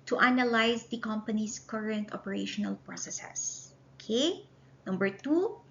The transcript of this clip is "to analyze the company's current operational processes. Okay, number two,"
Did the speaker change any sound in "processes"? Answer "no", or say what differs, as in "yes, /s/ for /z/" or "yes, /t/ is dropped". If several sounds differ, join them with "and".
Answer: yes, /s/ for /z/